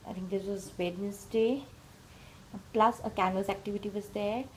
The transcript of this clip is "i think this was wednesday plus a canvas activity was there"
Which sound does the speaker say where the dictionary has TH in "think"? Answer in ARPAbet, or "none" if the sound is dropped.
T